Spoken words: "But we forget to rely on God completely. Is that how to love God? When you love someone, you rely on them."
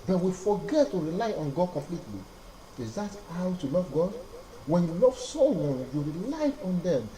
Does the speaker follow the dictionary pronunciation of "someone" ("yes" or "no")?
no